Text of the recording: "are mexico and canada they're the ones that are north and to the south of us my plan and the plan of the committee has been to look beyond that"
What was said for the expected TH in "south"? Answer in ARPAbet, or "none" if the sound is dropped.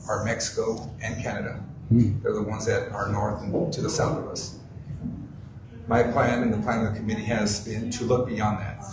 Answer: TH